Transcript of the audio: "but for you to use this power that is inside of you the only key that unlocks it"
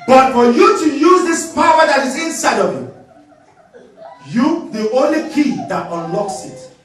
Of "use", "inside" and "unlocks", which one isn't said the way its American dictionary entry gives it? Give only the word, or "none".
none